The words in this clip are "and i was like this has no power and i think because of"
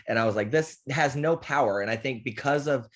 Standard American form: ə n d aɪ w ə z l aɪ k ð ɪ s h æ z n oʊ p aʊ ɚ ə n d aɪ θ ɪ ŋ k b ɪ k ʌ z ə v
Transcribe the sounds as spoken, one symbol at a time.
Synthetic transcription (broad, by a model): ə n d aɪ w ə z l aɪ k ð ɪ s h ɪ z n oʊ p aʊ ɚ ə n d aɪ θ ɪ ŋ k b ɪ k ʌ z ə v